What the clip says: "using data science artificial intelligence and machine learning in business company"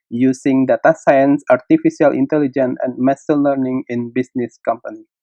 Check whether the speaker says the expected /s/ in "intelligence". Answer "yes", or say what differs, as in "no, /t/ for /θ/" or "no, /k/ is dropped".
no, /s/ is dropped